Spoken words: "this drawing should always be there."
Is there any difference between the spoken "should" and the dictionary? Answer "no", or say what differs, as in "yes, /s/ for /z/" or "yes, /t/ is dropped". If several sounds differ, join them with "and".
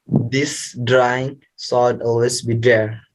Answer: yes, /s/ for /ʃ/